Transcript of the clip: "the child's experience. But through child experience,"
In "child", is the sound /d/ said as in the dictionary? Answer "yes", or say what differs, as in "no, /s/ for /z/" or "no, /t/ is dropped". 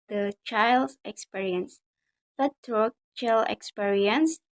no, /d/ is dropped